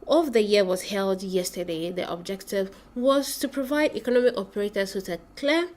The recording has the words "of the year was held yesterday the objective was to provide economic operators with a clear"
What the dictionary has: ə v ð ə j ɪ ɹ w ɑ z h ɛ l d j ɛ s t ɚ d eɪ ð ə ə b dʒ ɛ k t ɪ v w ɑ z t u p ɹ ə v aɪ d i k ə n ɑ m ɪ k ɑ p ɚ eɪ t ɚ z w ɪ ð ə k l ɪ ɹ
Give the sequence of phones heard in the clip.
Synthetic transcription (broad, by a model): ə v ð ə j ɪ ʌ w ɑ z h ɛ l d j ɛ s t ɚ d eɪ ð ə ə b dʒ ɛ k t ɪ v w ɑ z t u p ɹ ə v aɪ d i k ə n ɑ m ɪ k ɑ p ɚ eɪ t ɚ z w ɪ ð ə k l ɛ